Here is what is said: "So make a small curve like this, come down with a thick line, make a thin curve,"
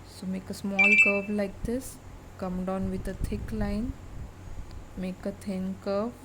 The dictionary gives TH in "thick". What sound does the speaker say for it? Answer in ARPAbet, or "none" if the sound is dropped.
T